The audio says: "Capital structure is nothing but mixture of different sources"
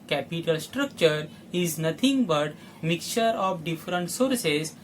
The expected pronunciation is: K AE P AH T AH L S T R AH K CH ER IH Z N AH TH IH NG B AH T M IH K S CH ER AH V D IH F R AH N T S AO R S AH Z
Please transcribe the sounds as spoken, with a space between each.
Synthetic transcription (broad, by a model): K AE P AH T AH L S T R AH K CH ER IH Z N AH T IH NG B AH T M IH K CH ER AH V D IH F R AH N T S AO R S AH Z